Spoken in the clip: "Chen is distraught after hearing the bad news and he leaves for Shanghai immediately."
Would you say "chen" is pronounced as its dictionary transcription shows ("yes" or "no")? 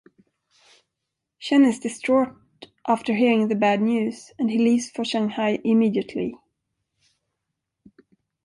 no